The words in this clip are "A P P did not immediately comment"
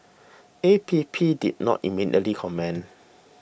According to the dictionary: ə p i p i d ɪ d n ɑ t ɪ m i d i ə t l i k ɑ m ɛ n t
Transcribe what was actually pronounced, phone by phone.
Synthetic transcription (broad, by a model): ə p i p i d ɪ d n ɑ t ɪ m i d i ə t l i k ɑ m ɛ n